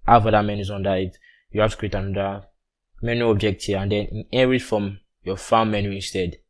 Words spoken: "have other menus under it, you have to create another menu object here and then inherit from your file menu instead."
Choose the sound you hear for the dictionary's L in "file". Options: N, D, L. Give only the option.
N